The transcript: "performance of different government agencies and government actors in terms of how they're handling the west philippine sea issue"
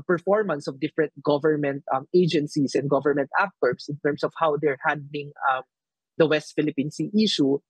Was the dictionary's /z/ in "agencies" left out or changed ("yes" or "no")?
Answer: yes